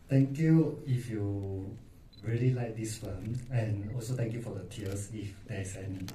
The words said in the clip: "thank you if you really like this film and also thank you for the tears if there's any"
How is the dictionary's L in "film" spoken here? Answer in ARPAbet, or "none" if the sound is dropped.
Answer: none